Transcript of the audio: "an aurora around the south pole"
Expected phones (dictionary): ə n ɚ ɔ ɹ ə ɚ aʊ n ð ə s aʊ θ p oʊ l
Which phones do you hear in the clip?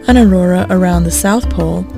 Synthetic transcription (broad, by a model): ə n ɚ ɔ ɹ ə ɚ aʊ n ð ə s aʊ θ p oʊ l